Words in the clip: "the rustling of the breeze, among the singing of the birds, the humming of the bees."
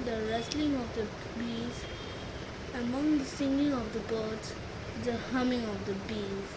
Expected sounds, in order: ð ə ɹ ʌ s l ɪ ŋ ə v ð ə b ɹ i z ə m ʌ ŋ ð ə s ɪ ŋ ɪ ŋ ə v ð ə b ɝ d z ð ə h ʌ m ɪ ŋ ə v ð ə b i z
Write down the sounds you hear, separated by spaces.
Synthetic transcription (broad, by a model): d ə ɹ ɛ s l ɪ ŋ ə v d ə b i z ə m ʌ ŋ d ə s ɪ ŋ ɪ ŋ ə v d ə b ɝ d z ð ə h ʌ m ɪ ŋ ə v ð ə b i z